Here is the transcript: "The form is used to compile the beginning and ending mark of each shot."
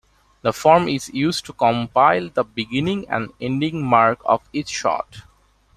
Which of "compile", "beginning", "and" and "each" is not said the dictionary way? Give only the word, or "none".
each